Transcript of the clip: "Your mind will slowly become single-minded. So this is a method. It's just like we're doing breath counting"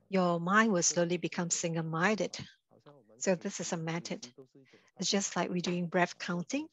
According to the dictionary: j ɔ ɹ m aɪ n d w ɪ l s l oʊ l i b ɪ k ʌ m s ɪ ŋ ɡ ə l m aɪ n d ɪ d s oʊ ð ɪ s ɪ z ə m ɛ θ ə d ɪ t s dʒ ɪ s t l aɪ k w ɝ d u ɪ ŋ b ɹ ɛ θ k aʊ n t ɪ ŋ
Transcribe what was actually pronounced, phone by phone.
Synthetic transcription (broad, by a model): j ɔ m aɪ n w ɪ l s l oʊ l i b ɪ k ʌ m s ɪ ŋ ɡ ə m aɪ d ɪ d s oʊ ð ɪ s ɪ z ə m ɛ t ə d ɪ t s dʒ ɪ s t l aɪ k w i d u ɪ ŋ b ɹ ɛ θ k aʊ n t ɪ ŋ